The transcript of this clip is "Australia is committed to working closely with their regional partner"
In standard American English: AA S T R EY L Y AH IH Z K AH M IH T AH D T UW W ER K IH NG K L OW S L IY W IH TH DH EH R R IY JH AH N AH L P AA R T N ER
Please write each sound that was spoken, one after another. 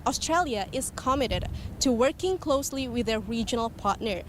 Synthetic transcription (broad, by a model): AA S T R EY L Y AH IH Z K AH M IH T AH D T UW W ER K IH NG K L OW S L IY W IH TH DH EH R R IY JH AH N AH L P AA R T N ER